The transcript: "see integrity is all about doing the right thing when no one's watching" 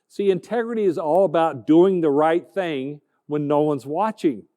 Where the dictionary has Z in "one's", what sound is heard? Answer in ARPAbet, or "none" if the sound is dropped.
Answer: Z